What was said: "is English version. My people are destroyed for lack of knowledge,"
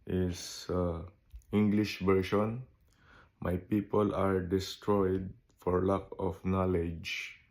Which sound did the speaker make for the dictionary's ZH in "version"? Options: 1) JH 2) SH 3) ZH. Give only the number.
2